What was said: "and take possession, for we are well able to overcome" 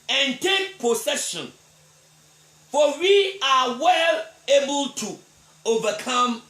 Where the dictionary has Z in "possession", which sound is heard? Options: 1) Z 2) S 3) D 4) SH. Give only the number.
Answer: 2